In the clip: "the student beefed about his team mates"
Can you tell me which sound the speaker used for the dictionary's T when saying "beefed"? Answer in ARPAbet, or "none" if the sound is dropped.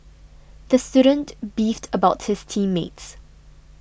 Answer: T